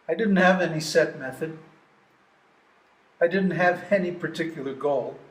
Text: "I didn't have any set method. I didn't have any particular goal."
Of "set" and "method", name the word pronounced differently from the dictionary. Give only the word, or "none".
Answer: none